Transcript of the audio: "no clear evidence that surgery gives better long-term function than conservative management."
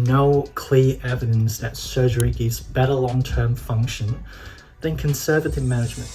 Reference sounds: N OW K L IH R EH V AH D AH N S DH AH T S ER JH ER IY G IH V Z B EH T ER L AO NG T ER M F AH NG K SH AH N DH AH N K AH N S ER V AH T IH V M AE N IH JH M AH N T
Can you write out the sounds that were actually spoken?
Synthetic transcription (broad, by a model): N OW K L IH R EH V AH D AH N S DH AH T S ER JH ER IY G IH Z B EH T ER L AO NG T ER M F AH NG K SH AH N DH AH N K AH N S ER V AH T IH V M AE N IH JH M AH N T